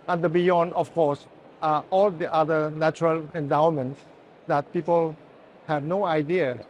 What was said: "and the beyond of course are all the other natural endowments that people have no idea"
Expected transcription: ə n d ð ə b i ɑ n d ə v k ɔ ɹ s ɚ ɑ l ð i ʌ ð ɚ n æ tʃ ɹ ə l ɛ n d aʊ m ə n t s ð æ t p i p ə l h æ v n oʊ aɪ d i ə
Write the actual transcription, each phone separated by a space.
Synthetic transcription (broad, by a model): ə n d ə b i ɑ n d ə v k ɔ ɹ s ɑ l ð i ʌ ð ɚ n æ tʃ ɹ ə l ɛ n d aʊ m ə n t s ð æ t p i p ə l h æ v n oʊ aɪ d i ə